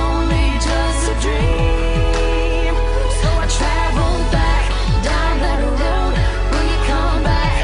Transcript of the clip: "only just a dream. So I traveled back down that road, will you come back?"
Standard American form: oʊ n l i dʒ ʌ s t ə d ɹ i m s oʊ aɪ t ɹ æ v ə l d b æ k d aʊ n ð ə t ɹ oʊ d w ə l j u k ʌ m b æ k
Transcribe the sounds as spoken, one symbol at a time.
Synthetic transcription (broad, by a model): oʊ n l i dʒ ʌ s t ə d ɹ i m s oʊ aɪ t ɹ æ v l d b æ k d aʊ n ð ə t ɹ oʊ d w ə n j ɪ k ʌ m b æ k